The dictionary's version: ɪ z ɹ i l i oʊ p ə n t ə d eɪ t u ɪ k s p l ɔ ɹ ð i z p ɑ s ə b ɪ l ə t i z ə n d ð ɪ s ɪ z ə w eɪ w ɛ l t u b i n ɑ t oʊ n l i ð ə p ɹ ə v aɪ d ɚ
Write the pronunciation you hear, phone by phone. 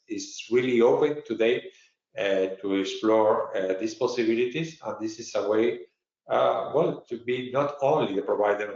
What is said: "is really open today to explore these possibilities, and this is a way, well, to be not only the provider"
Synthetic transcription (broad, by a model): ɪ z ɹ i l i oʊ p ə n t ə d eɪ t u ɪ k s p l ɔ ɹ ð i s p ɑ s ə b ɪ l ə t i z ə n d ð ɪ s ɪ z ə w eɪ w ɛ l t u b i n ɑ t oʊ n l i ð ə p ɹ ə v aɪ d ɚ